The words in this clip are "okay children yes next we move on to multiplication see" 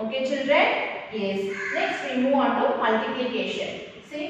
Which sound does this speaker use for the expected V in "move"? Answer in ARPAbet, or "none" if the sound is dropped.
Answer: none